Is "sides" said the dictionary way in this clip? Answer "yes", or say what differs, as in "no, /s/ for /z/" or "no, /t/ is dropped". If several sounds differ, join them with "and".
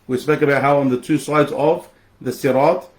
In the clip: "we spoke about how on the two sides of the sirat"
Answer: yes